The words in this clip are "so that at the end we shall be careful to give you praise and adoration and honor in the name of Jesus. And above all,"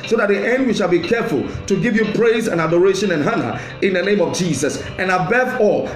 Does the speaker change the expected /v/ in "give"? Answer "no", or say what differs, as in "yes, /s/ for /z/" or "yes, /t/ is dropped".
no